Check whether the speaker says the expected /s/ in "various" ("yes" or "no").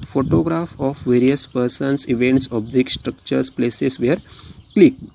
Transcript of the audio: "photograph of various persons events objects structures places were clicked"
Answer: yes